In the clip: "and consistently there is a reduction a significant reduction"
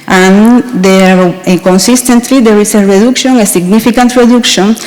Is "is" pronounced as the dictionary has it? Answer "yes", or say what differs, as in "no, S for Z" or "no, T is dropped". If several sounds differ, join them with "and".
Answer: no, S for Z